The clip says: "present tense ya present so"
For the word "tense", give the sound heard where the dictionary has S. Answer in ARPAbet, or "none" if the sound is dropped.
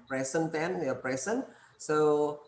none